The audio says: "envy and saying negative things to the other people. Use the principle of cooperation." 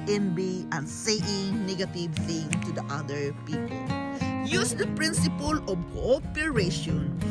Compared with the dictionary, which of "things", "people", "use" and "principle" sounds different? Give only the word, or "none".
things